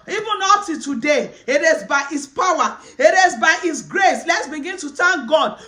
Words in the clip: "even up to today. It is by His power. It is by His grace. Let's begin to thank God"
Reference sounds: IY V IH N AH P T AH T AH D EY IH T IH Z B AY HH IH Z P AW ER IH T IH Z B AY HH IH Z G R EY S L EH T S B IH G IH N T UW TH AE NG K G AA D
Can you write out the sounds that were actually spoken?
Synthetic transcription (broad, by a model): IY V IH N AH T AH T AH D EY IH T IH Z B AY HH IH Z P AW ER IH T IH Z B AY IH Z G R EY S L EH T S B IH G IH N T UW T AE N G AA D